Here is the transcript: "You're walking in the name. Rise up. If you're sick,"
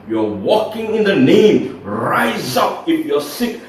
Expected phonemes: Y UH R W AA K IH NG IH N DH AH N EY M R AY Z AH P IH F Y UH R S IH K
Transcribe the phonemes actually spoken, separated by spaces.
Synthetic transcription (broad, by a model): Y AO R W AA K IH NG IH N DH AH N EY M R AY Z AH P IH F Y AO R S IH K